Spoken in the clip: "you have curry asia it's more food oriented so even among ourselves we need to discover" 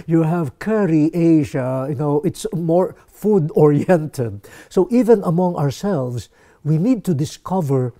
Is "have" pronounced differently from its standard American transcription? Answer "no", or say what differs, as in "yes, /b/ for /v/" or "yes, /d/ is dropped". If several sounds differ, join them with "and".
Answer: no